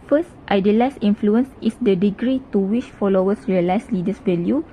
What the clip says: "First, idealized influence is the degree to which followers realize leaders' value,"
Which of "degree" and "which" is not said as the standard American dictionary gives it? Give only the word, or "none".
which